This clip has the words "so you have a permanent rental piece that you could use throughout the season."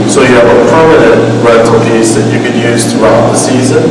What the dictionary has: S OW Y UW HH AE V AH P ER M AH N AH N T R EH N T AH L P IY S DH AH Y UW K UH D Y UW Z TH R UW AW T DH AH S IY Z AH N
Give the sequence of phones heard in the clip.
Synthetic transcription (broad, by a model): S OW Y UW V AH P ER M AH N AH N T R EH T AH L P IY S DH AH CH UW K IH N Y UW Z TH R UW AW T DH AH S IY Z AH N